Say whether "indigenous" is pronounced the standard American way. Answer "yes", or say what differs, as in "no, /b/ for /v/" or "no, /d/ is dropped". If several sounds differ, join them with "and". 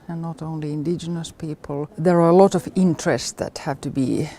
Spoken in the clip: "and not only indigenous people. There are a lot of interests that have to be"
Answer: yes